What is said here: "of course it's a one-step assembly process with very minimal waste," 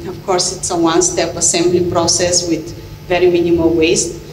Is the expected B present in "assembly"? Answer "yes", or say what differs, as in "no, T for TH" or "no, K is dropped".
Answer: yes